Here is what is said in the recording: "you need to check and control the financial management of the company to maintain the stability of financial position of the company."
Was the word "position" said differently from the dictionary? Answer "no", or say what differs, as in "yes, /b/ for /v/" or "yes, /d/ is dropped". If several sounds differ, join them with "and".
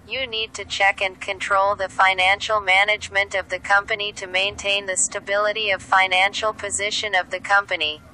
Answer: no